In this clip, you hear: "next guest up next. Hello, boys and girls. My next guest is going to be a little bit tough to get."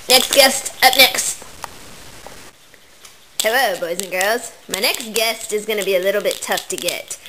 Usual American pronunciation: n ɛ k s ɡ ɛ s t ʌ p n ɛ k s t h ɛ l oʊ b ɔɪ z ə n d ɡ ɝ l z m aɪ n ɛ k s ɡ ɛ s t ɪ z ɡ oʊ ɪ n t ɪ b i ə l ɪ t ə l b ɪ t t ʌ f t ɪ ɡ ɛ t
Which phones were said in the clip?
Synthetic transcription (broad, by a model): n ɛ k s ɡ ɛ s t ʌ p n ɛ k s t h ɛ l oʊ b ɔɪ z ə n ɡ ɝ l z m aɪ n ɛ k s ɡ ɛ s t ɪ z ɡ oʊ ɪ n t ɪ b i ə l ɪ t l b ɪ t t ʌ f t ɪ ɡ ɛ t